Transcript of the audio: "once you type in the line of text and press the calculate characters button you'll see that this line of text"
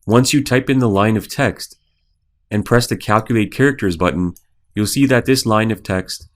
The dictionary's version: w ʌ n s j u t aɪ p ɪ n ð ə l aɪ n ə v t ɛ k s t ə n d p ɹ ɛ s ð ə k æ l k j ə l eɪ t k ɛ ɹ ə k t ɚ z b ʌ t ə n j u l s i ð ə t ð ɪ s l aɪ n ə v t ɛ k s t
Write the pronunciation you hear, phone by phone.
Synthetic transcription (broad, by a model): w ʌ n s j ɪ t aɪ p ɪ n ð ə l aɪ n ə v t ɛ k s t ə n p ɹ ɛ s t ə k æ l k j ə l eɪ t k ɛ ɹ ə k t ɚ z b ʌ t n j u l s i ð ə t ð ɪ s l aɪ n ə v t ɛ k s t